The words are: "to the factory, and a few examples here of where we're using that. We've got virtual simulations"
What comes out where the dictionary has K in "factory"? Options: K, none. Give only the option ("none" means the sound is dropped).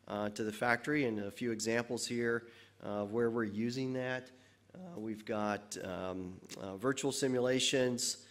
K